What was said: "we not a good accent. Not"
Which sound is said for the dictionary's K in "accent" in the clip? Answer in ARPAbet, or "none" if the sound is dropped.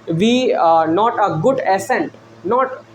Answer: none